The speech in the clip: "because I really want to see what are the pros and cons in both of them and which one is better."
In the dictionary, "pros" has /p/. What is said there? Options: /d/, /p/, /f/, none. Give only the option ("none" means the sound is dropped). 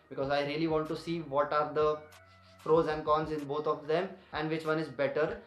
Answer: /f/